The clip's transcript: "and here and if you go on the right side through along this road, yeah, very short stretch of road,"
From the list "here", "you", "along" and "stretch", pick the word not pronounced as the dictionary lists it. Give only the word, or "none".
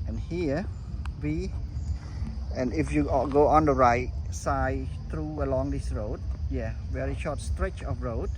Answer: here